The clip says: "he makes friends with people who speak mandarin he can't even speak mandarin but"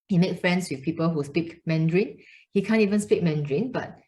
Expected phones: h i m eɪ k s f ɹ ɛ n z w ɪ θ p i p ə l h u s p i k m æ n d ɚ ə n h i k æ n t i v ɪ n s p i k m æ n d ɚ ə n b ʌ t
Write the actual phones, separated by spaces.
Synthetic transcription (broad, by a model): h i m eɪ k f ɹ ɛ n s w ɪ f p i p ə l h u s p i k m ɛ n d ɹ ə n h i k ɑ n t i v ɪ n s p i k m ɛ n d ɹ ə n b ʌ t